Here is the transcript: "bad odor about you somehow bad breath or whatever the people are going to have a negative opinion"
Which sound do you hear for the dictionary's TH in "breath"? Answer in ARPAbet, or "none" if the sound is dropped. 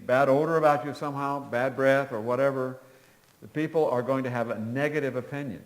TH